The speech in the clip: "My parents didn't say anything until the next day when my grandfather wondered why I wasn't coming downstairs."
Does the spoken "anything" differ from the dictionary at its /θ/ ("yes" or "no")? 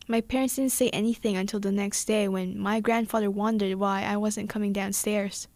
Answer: no